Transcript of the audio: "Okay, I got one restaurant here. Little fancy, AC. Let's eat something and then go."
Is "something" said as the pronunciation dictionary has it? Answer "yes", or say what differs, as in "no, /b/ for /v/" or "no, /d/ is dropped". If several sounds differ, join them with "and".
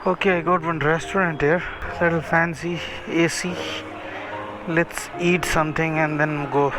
no, /t/ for /θ/